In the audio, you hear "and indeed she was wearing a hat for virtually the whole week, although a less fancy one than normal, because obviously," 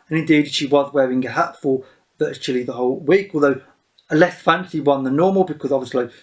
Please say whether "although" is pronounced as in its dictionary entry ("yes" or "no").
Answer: yes